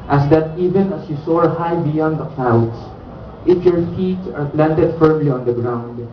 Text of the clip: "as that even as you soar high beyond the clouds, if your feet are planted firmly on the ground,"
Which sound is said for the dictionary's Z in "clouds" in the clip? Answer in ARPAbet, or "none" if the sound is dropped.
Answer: S